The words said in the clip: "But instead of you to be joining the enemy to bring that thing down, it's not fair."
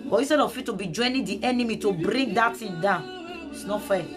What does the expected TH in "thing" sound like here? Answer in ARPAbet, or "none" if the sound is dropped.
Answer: T